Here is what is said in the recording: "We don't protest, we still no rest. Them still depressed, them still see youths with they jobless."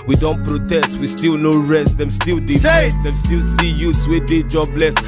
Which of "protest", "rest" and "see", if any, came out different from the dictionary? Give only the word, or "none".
none